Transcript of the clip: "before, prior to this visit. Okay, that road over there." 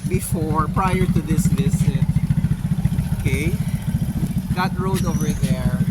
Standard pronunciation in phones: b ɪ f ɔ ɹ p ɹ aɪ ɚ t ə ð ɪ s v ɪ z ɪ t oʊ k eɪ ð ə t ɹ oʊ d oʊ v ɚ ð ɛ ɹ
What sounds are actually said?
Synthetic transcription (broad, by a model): b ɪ f ɔ ɹ p ɹ aɪ ɚ t ə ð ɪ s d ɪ s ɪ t oʊ k eɪ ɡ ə t ɹ oʊ d oʊ v ɚ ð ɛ ɹ